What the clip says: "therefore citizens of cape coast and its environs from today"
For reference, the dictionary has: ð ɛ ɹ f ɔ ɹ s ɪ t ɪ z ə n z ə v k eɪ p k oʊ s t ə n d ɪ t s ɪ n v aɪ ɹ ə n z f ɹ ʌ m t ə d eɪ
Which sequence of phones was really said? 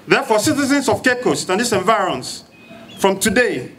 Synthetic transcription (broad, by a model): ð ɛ f ɔ s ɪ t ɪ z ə n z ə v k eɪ k oʊ s t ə n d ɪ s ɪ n v aɪ ɹ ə n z f ɹ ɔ m t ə d eɪ